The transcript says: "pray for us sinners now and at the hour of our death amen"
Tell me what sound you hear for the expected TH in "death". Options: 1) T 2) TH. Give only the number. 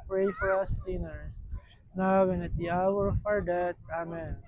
1